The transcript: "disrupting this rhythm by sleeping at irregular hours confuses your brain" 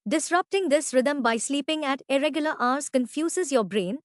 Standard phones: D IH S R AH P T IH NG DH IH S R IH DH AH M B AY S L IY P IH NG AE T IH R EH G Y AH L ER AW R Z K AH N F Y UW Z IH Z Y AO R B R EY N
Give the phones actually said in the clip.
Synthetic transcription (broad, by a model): D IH S R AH P T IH NG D IH S R IH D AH M B AY S L IY P IH NG AE T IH R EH G Y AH L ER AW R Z K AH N F Y UW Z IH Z Y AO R B R EY N